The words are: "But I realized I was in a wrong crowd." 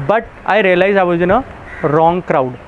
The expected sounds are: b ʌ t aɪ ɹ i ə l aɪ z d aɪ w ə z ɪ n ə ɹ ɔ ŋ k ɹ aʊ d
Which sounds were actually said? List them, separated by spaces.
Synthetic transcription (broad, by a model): b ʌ t aɪ ɹ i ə l aɪ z aɪ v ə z ɪ n ə ɹ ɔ ŋ k ɹ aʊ d